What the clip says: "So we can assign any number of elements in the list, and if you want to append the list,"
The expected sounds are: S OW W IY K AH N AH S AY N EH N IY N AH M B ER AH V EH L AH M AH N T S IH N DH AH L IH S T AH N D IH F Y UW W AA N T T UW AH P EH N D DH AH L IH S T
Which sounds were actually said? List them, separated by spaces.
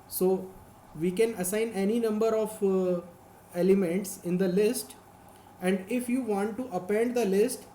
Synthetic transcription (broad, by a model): S OW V IY K AH N AH S AY N EH N IY N AH M B ER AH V EH L AH M AH N T S IH N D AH L IH S T AH N D IH F Y UW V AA N T T UW AH P EH N D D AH L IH S T